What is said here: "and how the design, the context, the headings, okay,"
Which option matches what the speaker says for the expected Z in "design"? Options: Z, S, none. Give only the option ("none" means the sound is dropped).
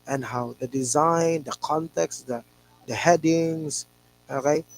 Z